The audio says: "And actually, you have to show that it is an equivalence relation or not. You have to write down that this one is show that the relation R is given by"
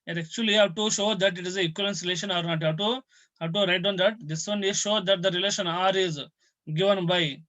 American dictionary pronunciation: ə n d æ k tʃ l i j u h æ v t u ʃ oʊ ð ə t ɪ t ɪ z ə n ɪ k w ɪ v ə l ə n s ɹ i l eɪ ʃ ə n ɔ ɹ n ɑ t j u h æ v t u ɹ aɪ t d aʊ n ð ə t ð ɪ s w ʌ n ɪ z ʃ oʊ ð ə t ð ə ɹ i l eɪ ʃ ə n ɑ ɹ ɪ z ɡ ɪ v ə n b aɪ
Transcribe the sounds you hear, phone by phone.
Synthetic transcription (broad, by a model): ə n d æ k tʃ i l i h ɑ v t u ʃ oʊ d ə t ɪ t ɪ z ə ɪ k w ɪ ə l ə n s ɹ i l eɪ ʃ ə n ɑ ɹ n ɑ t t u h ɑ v t u ɹ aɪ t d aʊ n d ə t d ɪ s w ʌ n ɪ ʃ oʊ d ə t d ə ɹ i l eɪ ʃ ə n ɑ ɹ ɪ z ɡ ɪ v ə n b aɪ